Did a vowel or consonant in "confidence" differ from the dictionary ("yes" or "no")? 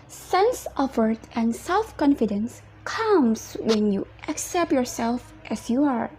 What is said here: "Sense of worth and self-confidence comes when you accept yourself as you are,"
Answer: no